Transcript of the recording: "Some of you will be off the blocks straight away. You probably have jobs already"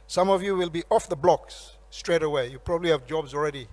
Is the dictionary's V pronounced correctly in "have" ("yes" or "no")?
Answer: yes